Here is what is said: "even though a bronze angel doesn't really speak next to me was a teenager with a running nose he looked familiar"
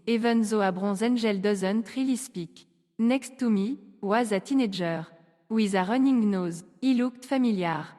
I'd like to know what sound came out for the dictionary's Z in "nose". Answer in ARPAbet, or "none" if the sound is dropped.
Z